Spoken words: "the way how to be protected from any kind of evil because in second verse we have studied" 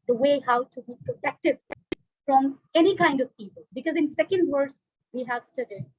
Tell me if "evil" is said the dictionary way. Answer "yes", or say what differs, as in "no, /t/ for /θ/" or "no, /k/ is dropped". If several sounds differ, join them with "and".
no, /p/ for /v/